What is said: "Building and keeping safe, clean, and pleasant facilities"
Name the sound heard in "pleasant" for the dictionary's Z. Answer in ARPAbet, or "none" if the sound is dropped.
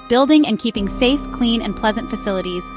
Z